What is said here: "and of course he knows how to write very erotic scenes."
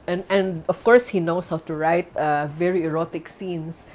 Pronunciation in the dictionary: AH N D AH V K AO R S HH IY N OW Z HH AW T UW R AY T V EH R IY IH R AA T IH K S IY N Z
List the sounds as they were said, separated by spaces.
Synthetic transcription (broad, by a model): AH N D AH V K AO R S HH IY N OW S HH AW T UW R AY T V EH R IY IH R AA T IH K S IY N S